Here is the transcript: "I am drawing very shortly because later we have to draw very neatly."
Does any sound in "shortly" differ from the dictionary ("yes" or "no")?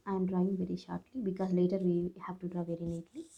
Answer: no